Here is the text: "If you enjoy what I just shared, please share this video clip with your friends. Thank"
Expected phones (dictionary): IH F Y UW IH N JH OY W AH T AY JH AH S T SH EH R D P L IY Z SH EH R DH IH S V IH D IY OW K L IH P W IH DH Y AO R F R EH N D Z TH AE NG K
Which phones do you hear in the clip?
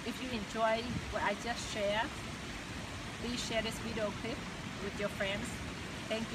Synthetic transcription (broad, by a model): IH F Y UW IH N JH OY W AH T AY JH AH S T SH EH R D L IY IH SH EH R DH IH S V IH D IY OW K L IH P W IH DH Y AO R F R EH N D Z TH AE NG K